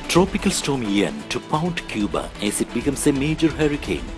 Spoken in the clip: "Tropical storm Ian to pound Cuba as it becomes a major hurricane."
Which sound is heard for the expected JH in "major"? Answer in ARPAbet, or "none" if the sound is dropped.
JH